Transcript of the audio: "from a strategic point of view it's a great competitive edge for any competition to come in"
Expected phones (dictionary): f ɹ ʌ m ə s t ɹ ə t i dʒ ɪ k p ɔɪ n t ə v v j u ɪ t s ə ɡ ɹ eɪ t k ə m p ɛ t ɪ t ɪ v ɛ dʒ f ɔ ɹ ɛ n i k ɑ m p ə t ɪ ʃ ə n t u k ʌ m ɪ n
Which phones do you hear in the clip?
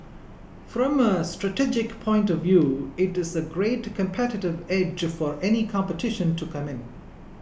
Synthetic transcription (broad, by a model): f ɹ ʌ m ə s t ɹ ə t i dʒ ɪ k p ɔɪ n t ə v v j u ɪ t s ə ɡ ɹ eɪ t k ə m p ɛ t ɪ t ɪ v ɛ dʒ f ɔ ɹ ɛ n i k ɑ m p ə t ɪ ʃ ə n t u k ʌ m ɪ n